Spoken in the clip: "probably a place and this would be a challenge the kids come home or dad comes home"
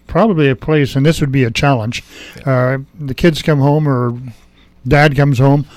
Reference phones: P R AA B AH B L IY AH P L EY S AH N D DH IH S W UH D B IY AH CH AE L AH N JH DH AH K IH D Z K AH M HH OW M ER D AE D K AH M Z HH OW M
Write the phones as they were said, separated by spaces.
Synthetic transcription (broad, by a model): P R AA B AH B L IY AH P L EY S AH N DH IH S W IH D B IY AH CH AE L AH N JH DH AH K IH D Z K AH M HH OW M ER D AE D K AH M Z HH OW M